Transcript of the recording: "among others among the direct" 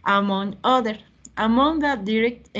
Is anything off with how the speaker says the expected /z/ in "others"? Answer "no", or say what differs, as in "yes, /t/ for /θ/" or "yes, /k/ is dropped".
yes, /z/ is dropped